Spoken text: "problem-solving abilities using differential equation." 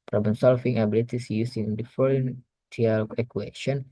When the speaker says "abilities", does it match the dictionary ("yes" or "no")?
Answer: no